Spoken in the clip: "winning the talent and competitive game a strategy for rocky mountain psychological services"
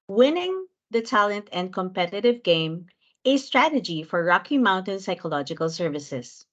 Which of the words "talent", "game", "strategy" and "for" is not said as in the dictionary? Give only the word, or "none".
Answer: none